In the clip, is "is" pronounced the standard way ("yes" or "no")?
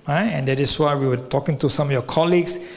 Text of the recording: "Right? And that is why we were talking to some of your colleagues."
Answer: no